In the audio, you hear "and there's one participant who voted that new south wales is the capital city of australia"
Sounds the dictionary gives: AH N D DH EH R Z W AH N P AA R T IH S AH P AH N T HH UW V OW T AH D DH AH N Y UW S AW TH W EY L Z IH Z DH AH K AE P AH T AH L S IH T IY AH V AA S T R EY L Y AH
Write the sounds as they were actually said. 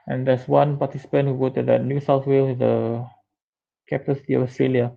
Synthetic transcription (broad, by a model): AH N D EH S W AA N P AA T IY S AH P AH N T HH UW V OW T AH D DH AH N Y UW S AW TH W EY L IH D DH AH K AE P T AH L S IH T IY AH F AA S T R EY L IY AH